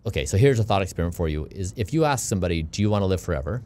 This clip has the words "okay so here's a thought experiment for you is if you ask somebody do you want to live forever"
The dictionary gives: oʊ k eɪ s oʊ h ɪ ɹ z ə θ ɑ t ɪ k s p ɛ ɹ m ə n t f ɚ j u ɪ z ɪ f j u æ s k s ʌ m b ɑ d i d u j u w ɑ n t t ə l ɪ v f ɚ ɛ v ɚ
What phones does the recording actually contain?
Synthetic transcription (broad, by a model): oʊ k eɪ s oʊ h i ɹ z ə θ ɑ t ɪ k s p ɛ ɹ ə n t f ɚ j u ɪ z ɪ f j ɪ æ s k s ʌ m b ɑ d i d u j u w ɑ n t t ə l ɪ v f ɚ ɛ v ɚ